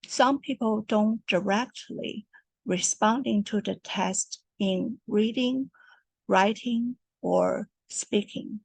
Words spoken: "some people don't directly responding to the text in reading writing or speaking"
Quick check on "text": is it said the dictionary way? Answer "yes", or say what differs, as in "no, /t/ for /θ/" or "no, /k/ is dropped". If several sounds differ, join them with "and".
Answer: no, /k/ is dropped